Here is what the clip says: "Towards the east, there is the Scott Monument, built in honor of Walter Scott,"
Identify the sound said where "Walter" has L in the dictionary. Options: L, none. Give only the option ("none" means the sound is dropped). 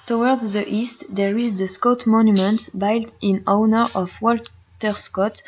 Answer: L